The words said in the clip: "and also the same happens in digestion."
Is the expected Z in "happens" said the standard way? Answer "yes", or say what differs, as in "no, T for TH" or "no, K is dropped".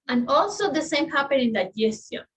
no, Z is dropped